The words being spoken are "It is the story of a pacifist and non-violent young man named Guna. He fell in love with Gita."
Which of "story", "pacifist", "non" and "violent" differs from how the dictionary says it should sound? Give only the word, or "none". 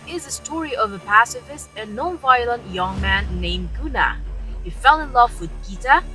pacifist